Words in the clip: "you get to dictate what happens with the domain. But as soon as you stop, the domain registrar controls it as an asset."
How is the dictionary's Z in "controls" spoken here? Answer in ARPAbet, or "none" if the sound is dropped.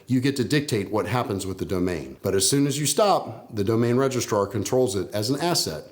Z